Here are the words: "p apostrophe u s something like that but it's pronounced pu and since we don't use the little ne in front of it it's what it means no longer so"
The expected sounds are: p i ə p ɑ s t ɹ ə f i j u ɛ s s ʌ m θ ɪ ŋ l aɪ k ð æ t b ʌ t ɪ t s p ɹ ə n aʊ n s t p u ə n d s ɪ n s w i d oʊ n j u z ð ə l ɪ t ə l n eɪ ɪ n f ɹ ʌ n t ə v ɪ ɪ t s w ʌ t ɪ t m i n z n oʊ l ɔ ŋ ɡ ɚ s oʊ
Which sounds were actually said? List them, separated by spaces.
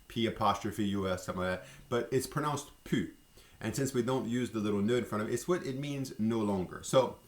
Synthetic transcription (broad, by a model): p i ə p ɑ s t ɹ ə f i j u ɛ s s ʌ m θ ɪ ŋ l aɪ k ð æ t b ʌ t ɪ t s p ɹ ə n aʊ n s t p u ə n s ɪ n s w i d oʊ n j u z ð ə l ɪ t l n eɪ ɪ n f ɹ ʌ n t ə v ɪ ɪ t s w ʌ t ɪ t m i n z n oʊ l ɔ ŋ ɡ ɚ s oʊ